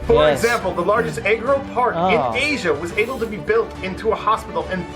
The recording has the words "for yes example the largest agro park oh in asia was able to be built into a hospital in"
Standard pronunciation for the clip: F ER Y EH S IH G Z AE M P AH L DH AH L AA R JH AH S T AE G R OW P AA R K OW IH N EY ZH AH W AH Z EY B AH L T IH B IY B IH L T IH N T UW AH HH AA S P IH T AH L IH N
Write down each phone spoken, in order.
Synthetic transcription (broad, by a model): F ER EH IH G Z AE M P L DH AH L AA R JH AH S T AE G R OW P AA R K IH N EY ZH AH W AH Z EY B L T IH B IY B IH L T IH N T UW AH HH AA S P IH T L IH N